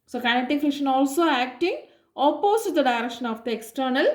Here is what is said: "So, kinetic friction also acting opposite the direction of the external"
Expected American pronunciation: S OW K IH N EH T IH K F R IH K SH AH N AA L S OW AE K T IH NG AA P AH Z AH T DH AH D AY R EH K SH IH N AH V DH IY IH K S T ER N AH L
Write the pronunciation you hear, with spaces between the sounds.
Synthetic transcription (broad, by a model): S OW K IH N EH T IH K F IH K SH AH N AA L S OW AE K T IH NG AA P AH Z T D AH D AY R EH K SH IH N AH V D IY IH K S T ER N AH L